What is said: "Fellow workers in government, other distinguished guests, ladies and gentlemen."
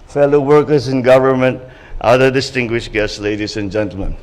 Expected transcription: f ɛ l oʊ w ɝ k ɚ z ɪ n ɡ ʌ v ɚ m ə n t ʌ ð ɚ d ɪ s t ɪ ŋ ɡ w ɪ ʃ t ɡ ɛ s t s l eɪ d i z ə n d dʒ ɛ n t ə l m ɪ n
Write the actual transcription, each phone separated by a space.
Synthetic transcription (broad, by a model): f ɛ l oʊ w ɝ k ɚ s ɪ n ɡ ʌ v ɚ m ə n t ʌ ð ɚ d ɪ s t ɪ ŋ ɡ w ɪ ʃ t ɡ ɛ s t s l eɪ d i s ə n dʒ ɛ n t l m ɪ n